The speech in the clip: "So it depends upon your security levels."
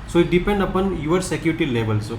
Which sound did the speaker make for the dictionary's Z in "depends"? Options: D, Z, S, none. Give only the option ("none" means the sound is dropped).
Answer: none